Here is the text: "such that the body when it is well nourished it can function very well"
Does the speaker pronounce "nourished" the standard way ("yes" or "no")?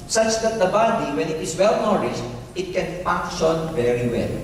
no